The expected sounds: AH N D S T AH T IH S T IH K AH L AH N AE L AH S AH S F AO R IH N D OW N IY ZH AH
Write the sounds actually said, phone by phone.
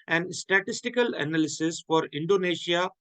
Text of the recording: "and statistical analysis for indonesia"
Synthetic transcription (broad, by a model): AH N D S T AH T IH S T IH K AH L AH N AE L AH S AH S F AO R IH N D OW N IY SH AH